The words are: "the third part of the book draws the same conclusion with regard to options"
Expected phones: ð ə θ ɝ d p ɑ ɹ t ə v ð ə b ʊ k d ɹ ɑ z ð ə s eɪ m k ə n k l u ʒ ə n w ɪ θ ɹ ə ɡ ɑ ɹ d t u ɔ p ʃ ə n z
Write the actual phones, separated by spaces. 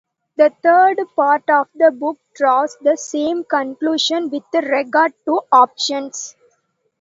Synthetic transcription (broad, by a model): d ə t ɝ d p ɑ ɹ t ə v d ə b ʊ k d ɹ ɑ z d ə s eɪ m k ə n k l u ʃ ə n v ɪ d ɹ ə ɡ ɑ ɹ d t u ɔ p ʃ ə n s